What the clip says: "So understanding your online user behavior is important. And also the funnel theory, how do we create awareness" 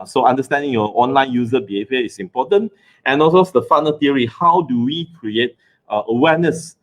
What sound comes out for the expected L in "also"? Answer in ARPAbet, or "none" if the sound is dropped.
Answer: none